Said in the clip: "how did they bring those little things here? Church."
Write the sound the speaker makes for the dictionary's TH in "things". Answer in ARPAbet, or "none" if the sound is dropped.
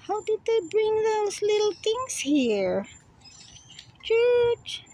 T